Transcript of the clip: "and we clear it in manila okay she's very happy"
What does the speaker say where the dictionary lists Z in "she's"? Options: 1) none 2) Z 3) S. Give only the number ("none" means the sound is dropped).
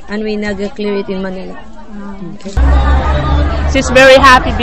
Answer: 3